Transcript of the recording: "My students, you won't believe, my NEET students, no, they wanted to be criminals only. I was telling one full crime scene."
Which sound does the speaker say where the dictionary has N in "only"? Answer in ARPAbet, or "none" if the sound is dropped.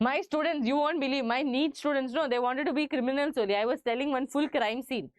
none